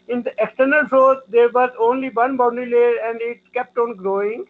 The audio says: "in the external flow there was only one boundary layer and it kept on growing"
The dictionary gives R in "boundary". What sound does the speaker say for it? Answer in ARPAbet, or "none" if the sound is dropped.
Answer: none